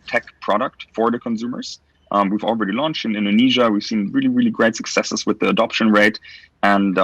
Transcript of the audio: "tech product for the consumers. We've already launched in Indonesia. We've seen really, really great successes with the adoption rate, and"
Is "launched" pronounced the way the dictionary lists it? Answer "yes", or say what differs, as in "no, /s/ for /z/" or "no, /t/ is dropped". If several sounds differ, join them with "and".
yes